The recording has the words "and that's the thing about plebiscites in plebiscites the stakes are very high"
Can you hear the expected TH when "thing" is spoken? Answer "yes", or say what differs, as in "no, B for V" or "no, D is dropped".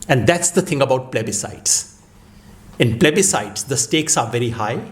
no, T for TH